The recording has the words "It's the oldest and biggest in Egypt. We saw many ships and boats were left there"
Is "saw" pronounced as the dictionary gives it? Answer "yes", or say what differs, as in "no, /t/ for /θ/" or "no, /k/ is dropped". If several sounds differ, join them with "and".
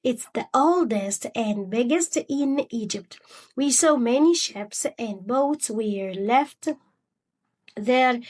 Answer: yes